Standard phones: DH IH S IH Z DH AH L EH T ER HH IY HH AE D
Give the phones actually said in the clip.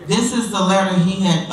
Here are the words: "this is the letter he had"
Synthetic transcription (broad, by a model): DH IH S IH Z DH AH L EH T ER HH IY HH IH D